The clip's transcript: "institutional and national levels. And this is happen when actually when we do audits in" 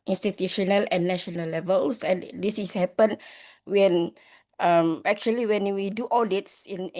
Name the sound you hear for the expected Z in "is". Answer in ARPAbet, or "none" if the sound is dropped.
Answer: S